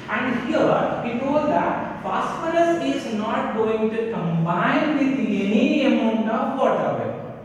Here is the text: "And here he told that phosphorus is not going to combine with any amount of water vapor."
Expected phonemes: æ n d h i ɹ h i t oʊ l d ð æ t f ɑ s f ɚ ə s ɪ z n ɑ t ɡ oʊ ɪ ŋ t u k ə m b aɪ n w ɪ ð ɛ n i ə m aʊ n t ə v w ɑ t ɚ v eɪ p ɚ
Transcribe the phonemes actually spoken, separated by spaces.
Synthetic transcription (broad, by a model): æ n d h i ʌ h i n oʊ d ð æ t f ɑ s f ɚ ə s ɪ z n ɑ t ɡ oʊ ɪ ŋ t u k ə m b aɪ n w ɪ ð ɛ n i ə m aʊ n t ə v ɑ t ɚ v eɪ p